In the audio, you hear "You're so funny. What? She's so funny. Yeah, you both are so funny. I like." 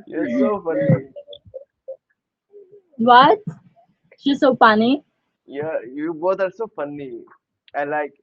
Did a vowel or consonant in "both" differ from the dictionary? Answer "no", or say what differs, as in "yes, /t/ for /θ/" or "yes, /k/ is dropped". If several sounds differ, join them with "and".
yes, /t/ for /θ/